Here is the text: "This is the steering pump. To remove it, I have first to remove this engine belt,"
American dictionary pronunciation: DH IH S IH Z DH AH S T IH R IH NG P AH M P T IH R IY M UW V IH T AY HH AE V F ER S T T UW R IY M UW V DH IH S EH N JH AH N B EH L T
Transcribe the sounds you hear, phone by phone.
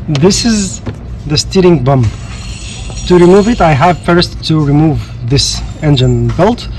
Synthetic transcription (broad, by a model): DH IH S IH Z DH AH S T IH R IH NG B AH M T IH R IY M UW V IH T AY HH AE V F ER S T T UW R IY M UW V DH IH S EH N JH AH N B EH L T